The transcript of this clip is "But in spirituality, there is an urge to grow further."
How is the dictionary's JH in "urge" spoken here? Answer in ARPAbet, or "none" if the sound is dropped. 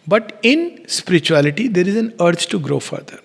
CH